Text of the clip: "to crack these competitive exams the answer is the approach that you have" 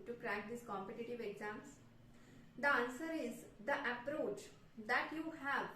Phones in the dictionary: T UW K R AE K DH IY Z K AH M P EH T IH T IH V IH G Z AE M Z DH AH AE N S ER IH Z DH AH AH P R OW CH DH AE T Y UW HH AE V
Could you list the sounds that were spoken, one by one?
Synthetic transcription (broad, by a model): T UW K R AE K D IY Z K AH M P EH T IH T IH V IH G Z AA M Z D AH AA N S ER IH Z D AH AH P R OW CH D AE T Y UW HH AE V